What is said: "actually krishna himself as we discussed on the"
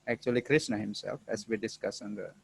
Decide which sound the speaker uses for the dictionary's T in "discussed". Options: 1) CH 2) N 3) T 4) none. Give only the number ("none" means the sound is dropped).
4